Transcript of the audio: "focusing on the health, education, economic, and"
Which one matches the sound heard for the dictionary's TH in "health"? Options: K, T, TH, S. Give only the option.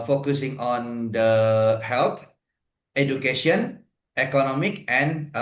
T